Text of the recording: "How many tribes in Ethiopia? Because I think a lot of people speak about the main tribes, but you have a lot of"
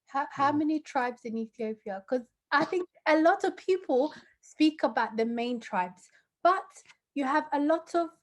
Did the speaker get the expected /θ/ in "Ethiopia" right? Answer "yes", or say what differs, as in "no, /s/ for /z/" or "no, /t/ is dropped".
yes